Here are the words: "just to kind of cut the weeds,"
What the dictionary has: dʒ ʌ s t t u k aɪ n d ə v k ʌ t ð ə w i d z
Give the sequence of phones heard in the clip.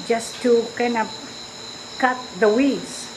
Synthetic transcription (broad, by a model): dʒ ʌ s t t u k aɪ n ə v k ʌ t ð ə w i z